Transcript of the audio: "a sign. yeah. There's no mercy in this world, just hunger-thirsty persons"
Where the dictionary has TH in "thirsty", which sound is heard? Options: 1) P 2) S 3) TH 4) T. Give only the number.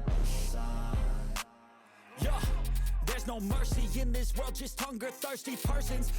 3